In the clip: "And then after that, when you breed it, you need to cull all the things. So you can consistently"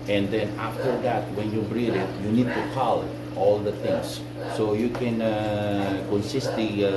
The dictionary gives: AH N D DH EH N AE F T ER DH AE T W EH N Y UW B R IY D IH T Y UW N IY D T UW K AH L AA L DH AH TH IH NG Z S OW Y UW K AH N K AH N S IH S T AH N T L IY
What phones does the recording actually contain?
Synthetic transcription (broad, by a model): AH N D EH N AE F T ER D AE T W EH N Y UW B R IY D IH T Y UW N IY D T UW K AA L AA L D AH T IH NG S OW Y UW K AH N K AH N S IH S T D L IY